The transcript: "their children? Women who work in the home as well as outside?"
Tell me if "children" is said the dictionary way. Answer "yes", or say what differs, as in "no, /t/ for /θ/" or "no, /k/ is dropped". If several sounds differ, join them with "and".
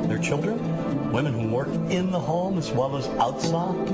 yes